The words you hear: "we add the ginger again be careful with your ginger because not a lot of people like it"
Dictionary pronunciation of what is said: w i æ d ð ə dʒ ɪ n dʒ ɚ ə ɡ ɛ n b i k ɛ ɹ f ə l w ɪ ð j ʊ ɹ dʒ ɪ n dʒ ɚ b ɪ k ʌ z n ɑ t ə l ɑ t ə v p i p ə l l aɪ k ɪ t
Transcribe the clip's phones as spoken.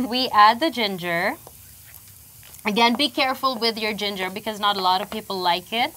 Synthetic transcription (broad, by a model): w i æ d ð ə dʒ ɪ n dʒ ɚ ə ɡ ɛ n b i k ɛ ɹ f ə l w ɪ ð j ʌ ɹ dʒ ɪ n dʒ ɚ b ɪ k ʌ z n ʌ t ə l ɑ t ə v p i p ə l l aɪ k ɪ t